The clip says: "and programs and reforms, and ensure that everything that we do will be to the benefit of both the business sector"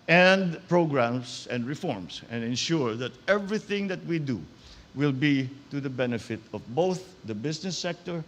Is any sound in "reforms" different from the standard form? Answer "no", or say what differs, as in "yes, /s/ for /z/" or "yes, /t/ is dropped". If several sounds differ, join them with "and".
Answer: yes, /s/ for /z/